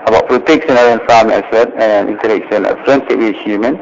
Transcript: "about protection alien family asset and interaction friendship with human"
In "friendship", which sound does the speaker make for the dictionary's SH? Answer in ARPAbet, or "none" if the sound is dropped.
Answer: S